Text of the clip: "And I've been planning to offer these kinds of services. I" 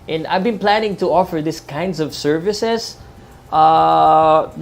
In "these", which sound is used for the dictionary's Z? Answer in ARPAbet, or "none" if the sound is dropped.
S